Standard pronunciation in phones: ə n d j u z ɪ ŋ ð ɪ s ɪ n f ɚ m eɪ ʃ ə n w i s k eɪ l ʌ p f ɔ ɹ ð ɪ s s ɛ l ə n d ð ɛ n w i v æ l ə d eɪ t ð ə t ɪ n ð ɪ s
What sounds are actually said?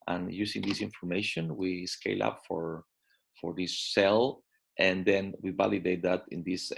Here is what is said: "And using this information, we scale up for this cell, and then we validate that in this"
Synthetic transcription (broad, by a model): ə n j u s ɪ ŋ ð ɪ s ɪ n f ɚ m eɪ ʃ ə n w i s k eɪ l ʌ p f ɔ ɹ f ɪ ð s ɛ l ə n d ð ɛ n w i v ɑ l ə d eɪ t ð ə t ɪ n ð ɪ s